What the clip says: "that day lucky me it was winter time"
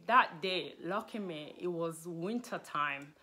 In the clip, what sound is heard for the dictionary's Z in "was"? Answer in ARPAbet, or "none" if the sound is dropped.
Z